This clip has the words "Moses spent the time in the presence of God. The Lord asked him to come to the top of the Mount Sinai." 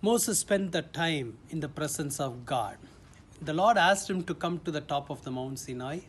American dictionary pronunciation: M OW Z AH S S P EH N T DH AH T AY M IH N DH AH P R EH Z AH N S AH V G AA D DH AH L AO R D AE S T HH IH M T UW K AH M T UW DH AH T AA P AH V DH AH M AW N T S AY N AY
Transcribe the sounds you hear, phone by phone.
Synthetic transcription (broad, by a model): M OW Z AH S S P EH N T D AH T AY M IH N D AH P R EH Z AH N S AH V G AA D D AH L AO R D AE S T HH IH M T UW K AH M T UW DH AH T AA P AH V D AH M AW N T S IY N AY